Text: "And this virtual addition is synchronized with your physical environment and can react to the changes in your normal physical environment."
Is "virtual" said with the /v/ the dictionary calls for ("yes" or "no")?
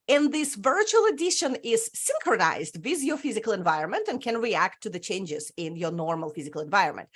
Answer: yes